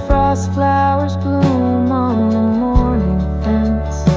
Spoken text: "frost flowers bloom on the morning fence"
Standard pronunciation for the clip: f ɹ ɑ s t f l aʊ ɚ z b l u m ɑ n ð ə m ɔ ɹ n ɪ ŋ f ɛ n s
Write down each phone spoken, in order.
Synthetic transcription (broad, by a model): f ɹ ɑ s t f l aʊ ɚ z b l u m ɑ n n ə m ɔ ɹ n ɪ ŋ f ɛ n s